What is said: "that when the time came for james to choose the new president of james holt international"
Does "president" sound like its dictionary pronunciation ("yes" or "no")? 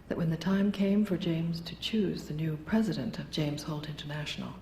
yes